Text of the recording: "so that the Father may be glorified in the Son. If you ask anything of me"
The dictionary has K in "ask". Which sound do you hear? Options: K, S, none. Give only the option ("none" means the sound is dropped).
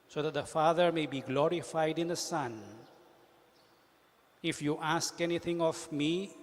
K